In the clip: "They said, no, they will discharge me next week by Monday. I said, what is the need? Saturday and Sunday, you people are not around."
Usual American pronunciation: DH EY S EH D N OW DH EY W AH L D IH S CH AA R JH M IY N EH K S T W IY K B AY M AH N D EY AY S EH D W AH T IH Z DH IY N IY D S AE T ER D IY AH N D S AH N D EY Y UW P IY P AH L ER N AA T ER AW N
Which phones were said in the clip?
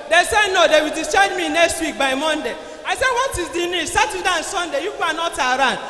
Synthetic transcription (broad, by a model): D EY S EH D N OW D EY W AH L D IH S AA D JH M IY N EH K S T W IY K B AY M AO N D EY AY S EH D W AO T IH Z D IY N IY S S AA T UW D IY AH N S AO N D EY Y UW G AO AH N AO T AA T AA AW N